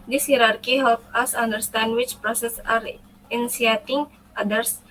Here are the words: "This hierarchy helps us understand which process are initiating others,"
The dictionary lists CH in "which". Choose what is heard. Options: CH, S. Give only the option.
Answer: CH